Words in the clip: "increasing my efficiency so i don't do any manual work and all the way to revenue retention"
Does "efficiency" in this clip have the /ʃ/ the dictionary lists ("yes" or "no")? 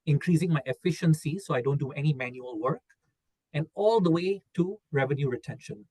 yes